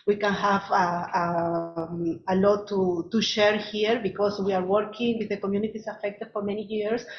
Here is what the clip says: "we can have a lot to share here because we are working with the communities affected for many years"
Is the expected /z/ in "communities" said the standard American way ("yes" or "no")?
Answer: no